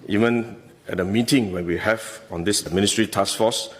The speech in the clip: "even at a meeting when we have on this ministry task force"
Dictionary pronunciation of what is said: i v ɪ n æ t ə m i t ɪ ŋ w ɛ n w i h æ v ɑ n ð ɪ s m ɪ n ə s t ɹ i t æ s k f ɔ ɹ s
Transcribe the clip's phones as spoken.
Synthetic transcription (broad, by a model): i v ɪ n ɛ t ə m i t ɪ ŋ w ɛ n w i h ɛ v ɑ n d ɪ s m ɪ n ə s t ɹ i t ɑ s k f ɔ s